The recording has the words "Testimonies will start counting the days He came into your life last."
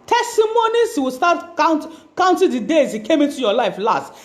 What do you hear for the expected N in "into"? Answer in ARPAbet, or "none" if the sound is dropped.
N